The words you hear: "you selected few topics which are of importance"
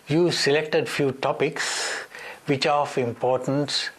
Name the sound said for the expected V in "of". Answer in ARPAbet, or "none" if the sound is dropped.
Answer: F